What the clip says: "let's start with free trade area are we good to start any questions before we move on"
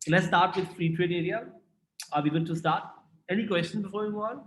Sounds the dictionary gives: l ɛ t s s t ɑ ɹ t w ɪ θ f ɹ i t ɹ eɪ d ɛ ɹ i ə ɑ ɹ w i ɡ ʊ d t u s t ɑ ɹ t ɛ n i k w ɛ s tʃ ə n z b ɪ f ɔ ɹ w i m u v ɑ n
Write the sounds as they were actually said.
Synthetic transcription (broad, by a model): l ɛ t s s t ɑ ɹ t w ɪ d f ɹ i t ɹ eɪ d ɛ ɹ i ə ɑ ɹ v i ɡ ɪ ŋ t u s t ɑ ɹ t ɛ n i k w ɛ s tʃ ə n b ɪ f ɔ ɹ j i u ɑ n